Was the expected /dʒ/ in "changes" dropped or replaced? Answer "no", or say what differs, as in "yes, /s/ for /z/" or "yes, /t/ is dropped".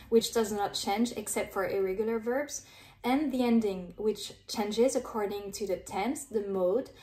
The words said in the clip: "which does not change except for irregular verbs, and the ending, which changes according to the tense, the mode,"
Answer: no